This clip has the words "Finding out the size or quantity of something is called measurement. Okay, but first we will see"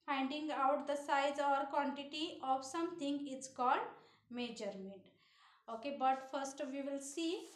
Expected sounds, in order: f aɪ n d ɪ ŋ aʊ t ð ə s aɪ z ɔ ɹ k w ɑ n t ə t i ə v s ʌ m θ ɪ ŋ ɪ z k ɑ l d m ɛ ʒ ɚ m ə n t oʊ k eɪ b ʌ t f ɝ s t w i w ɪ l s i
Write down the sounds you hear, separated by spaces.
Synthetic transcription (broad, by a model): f aɪ n d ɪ ŋ aʊ t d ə s aɪ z ɔ ɹ k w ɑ n t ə t i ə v s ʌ m t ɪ ŋ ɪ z k ɑ l d m ɛ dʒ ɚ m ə t oʊ k eɪ b ʌ t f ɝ s t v i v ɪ l s i